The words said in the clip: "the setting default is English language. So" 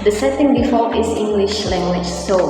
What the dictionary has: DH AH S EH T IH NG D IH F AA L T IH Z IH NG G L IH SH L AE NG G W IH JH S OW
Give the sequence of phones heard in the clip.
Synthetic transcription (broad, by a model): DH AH S EH T IH NG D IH F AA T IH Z IH NG G L IH SH L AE NG G W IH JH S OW